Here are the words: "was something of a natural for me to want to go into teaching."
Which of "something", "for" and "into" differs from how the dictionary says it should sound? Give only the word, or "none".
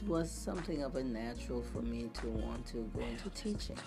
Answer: none